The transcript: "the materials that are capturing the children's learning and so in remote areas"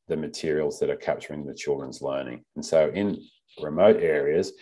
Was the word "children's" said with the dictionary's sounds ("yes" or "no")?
yes